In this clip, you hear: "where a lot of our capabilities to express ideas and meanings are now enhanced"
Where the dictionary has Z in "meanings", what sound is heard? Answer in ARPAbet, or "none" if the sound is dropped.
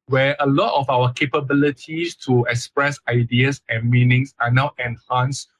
S